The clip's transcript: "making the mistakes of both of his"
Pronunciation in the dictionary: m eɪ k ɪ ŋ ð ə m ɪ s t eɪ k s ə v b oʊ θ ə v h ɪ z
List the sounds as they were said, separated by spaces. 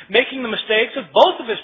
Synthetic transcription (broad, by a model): m eɪ k ɪ ŋ ð ə m ɪ s t eɪ k s ə v b oʊ θ ə v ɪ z